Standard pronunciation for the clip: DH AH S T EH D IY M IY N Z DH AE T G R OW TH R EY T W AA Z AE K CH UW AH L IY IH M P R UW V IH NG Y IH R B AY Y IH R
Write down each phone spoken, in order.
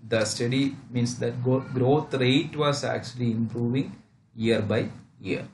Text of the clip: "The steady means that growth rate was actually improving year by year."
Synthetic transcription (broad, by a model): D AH S T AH D IY M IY N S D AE T G R OW T R EY T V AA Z AE K CH UW AH L IY IH M P R UW V IH NG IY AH R B AY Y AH R